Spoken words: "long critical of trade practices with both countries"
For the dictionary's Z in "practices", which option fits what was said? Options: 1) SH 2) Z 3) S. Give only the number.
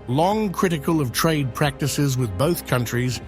2